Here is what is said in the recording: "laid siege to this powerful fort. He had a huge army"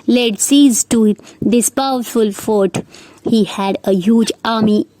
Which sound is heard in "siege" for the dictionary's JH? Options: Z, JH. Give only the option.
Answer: Z